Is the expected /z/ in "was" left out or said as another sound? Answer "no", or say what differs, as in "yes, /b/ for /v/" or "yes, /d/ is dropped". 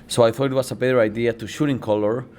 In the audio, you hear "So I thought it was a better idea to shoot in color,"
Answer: yes, /s/ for /z/